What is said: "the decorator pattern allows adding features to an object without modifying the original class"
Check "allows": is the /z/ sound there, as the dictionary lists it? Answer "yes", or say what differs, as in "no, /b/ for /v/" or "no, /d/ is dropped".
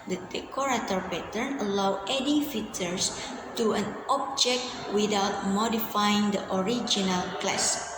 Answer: no, /z/ is dropped